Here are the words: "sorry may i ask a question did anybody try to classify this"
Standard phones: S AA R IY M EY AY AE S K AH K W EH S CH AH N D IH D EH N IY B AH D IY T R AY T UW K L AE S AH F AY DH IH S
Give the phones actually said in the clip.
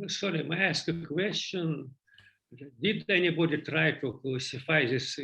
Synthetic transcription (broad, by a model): S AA R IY M AY AE S K AH K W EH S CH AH N D IH D EH N IY B AH D IY T R AY T UW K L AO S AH F AY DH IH S